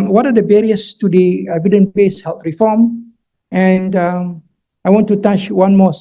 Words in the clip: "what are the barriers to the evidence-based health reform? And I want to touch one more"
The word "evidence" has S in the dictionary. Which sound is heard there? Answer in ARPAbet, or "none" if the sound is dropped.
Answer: none